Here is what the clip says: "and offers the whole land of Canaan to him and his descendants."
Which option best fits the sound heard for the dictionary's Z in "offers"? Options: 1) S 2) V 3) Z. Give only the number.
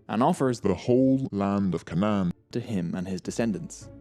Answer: 3